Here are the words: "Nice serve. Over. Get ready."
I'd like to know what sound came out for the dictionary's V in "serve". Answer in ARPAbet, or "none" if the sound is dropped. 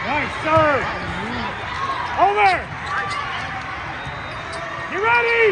none